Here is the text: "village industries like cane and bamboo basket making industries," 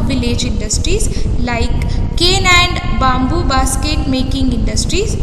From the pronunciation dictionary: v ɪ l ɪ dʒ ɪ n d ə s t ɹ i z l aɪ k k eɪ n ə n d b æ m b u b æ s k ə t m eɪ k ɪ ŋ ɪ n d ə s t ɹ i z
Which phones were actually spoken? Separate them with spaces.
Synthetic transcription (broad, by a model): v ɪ l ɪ dʒ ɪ n d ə s t ɹ i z l aɪ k k eɪ n ə n d b æ m b u b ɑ s k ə t m eɪ k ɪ ŋ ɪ n d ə s t ɹ i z